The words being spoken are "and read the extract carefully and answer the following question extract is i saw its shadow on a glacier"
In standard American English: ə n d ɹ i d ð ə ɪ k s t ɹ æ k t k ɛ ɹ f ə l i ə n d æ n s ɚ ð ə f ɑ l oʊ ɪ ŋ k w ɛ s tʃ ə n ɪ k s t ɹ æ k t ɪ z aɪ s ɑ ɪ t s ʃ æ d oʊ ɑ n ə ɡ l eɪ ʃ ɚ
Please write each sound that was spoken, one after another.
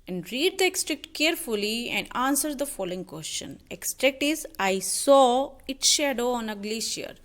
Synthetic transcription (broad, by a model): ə n d ɹ i d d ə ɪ k s t ɹ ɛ k t k ɛ ɹ f ə l i ə n d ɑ n s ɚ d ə f ɑ l oʊ ɪ ŋ k w ɛ s tʃ ə n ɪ k s t ɹ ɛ k t ɪ z aɪ s ɑ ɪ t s ʃ æ d oʊ ɑ n ə ɡ l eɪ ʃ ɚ